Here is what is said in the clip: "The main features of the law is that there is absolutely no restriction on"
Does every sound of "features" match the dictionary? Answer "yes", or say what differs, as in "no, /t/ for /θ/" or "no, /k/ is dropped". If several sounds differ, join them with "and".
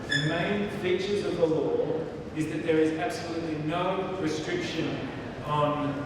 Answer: yes